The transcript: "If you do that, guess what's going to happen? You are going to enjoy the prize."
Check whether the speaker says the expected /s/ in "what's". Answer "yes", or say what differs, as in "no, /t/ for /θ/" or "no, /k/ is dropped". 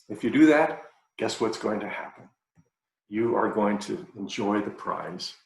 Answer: yes